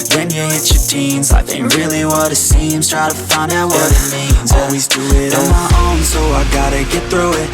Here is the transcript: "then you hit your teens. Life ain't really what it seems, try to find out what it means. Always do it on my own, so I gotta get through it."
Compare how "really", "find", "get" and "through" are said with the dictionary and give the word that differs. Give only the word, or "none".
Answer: none